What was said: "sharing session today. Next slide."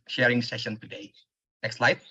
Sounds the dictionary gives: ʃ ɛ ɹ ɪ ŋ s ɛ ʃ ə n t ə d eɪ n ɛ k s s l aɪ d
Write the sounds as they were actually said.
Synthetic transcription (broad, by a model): ʃ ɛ ɹ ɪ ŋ s ɛ ʃ ə n t ə d eɪ n ɛ k s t l aɪ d